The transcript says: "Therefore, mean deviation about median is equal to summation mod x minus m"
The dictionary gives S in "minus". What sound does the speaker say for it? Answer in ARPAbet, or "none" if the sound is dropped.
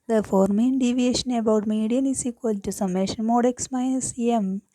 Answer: none